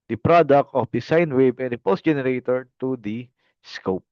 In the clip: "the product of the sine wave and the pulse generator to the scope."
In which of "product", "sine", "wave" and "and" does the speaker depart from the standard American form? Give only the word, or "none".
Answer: wave